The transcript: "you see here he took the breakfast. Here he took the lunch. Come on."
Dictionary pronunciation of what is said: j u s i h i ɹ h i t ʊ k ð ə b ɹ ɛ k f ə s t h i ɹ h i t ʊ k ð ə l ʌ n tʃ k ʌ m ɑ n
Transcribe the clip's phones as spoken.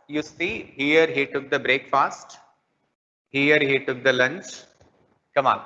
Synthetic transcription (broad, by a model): j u s i h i ɹ h i t ʊ k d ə b ɹ ɛ k f ə s t h i ɹ h i t ʊ k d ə l ʌ n tʃ k ʌ m ɑ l